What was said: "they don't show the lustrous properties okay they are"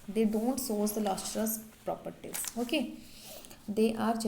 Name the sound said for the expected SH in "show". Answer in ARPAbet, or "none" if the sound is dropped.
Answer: S